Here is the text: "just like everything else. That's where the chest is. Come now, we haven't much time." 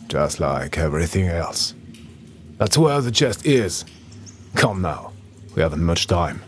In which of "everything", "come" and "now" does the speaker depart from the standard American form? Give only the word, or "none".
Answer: none